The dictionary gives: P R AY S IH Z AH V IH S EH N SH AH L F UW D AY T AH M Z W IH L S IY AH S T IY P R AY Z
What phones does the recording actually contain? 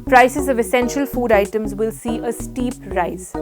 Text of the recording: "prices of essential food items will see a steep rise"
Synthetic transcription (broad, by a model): P R AY S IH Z AH V IH S EH N SH AH L F UW D AY T AH M Z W IH L S IY AH S T IY P R AY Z